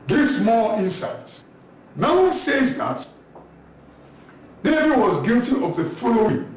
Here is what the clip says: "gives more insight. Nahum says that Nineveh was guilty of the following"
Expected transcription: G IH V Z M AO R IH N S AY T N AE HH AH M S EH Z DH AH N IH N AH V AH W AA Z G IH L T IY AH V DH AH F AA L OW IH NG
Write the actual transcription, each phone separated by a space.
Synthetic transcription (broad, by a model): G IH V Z M AO L IH N S AY T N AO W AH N S EH Z DH AH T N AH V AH W AA Z G IH L T IY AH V DH AH F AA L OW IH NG